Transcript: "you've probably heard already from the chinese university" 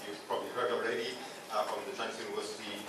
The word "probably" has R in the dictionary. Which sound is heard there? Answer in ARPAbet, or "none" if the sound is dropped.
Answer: R